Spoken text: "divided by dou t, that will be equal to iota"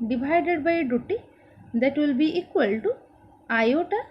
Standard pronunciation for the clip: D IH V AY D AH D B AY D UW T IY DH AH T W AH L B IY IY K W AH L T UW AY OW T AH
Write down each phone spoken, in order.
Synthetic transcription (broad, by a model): D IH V AY D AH D B AY D UW T IY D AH T W AH L B IY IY K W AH L T UW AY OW T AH